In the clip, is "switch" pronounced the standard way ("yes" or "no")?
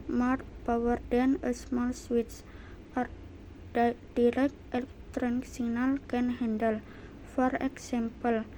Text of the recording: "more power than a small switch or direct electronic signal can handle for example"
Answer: no